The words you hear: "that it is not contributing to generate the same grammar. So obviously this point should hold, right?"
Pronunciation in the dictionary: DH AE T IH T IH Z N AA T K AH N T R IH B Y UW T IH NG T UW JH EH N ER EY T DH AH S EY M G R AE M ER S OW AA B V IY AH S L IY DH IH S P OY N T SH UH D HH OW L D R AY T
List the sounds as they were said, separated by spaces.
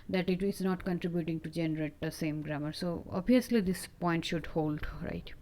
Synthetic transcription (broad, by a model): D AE T IH T IH Z N AA T K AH N T R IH B Y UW T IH NG T UW JH EH N ER EY T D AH S EY M G R AE M ER S OW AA B IY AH S L IY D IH S P OY N T SH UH D HH OW L D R AY T